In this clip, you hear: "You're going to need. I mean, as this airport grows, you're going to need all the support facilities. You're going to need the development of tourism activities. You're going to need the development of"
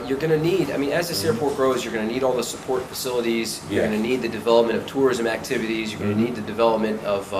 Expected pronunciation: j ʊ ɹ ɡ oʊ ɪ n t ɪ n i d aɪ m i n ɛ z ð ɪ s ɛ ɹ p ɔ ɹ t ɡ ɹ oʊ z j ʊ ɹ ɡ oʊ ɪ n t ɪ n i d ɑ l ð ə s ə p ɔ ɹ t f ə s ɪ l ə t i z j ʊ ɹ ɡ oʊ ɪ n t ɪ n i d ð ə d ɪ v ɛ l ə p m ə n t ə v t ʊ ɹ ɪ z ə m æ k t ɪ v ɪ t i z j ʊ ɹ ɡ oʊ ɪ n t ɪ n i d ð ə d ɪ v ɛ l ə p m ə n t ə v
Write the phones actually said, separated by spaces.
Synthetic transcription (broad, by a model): j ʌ ɹ ɡ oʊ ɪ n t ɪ n i d aɪ m i n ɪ z ð ɪ s ɛ ɹ p ɔ ɹ t ɡ ɹ oʊ z j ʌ ɹ ɡ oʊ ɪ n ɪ n i d ɑ l ð ə s ə p ɔ ɹ t f ə s ɪ l ə t i z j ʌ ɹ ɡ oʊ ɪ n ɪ n i d ð ə d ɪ v ɛ l ə p m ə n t ə v t ʊ ɹ ɪ z ə m æ k t ɪ v ɪ t i z j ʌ ɹ ɡ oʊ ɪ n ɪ n i d ð ə d ɪ v ɛ l ə p m ə n t ə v